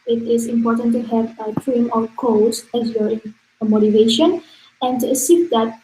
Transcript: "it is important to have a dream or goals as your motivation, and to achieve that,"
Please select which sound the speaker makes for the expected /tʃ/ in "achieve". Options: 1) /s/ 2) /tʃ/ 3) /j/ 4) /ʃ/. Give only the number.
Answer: 1